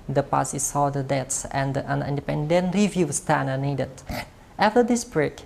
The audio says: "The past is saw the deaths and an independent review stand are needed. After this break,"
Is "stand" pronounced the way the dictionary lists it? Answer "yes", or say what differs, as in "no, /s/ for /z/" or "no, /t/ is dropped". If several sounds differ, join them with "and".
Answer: no, /d/ is dropped